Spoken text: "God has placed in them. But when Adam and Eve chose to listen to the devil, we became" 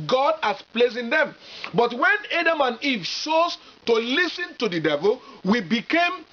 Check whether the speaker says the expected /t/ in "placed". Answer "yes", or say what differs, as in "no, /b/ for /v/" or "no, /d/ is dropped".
no, /t/ is dropped